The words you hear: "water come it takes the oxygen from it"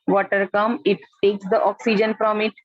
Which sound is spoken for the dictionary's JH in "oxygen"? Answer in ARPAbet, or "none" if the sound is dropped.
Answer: JH